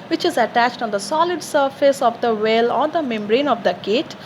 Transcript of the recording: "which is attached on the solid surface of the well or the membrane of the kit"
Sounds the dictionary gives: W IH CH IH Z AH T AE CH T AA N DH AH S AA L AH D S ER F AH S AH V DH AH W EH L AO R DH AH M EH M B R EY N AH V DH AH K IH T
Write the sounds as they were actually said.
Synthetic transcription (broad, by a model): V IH CH IH Z AH T AE CH T AA N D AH S AA L AH D S ER F AH S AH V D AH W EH L AO R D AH M EH M B R EY N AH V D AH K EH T